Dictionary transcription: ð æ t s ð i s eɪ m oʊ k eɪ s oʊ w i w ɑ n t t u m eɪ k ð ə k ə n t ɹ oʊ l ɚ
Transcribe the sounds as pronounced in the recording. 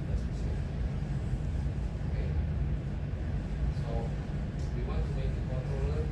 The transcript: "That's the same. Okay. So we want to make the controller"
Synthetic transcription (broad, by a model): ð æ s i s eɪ oʊ k eɪ s oʊ w i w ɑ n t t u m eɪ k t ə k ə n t ɹ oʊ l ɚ